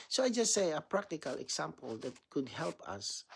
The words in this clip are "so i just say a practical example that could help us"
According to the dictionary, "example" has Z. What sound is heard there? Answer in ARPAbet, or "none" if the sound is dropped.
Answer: S